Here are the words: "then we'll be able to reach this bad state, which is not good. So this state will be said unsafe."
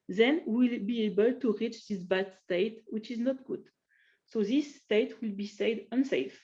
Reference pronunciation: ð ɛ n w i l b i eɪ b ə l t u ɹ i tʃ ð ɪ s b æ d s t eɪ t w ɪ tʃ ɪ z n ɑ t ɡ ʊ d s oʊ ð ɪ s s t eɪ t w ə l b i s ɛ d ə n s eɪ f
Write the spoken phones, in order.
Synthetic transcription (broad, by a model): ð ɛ n w i l b i eɪ b ə l t u ɹ i tʃ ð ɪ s b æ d s t eɪ t w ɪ tʃ ɪ z n ɑ t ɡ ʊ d s oʊ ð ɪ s s t eɪ t w ə l b i s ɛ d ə n s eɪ f